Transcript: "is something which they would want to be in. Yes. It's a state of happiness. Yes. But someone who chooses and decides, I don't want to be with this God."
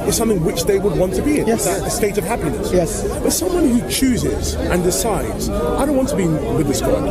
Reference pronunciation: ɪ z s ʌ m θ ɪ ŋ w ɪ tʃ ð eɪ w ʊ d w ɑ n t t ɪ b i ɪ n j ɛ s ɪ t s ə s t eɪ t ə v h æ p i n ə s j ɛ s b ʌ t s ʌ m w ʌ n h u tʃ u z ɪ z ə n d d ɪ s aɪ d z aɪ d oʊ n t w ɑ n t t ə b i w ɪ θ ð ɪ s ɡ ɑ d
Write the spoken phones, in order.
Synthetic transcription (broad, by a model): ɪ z s ʌ m θ ɪ ŋ w ɪ tʃ ð eɪ w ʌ d w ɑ n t t ɪ b i ɪ n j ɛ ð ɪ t ə s t eɪ t ə v h æ p i n ə s j ɛ s b ʌ t s ʌ m w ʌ n h u tʃ u z ɪ z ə n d d ɪ s aɪ d z aɪ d oʊ n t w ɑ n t t ə b i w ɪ ð ɪ s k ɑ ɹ